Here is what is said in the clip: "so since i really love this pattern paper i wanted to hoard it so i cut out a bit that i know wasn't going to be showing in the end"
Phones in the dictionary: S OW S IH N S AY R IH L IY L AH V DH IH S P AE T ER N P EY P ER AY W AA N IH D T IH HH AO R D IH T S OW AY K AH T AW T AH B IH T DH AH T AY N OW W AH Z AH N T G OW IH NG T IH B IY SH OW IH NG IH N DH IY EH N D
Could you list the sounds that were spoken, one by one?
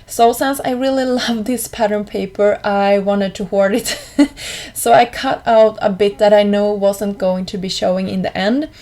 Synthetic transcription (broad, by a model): S OW S IH N S AY R IH L IY L AH V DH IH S P AE T ER N P EY P ER AY W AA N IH D T IH HH AO R D IH T S OW AY K AH T AW T AH B IH T DH AH T AY N OW W AH Z AH N T G OW IH NG T IH B IY SH OW IH NG IH N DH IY EH N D